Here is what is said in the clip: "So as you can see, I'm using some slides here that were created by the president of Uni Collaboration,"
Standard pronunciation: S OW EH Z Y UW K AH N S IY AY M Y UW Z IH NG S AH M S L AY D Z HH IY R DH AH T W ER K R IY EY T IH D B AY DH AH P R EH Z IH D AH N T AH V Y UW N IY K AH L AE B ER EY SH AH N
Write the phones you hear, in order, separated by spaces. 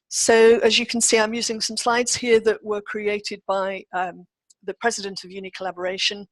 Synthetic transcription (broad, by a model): S OW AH Z Y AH K AH N S IY AY M Y UW Z IH NG S AH M S L AY D Z HH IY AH DH AH T W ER K R IY EY T IH D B AY DH AH P R EH Z IH D AH N T AH V Y UW N IY K AH L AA B ER EY SH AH N